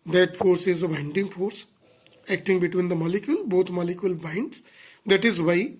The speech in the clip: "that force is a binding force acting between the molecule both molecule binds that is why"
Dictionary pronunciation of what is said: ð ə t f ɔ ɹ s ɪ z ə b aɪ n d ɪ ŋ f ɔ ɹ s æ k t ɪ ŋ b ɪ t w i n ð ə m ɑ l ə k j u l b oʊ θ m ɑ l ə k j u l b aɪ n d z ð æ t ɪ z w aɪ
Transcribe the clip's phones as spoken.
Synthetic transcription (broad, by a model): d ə t f ɔ ɹ s ɪ z ə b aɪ n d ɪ ŋ f ɔ ɹ s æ k t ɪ ŋ b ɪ t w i n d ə m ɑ l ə k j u l b oʊ t m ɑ l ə k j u l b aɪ n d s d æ t ɪ z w aɪ